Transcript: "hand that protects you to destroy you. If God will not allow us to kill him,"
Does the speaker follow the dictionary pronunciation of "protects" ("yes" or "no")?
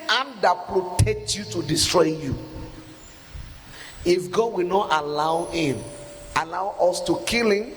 no